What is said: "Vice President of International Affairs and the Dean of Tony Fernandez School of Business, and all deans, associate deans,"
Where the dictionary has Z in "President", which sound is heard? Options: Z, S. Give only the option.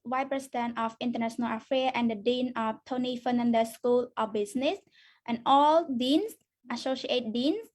S